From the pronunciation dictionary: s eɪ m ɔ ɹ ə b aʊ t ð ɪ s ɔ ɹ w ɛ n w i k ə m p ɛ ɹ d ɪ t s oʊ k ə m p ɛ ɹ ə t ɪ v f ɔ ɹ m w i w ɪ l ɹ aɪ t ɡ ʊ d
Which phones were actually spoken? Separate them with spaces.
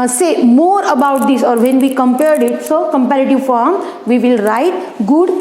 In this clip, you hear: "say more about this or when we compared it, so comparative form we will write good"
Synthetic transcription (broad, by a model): s eɪ m ɔ ɹ ə b aʊ t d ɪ s ɔ ɹ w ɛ n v i k ə m p ɛ ɹ d ɪ t s oʊ k ə m p ɛ ɹ ə t ɪ v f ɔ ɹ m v i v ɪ l ɹ aɪ t ɡ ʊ d